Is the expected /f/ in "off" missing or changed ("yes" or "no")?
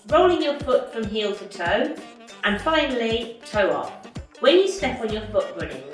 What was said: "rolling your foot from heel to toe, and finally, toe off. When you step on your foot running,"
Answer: yes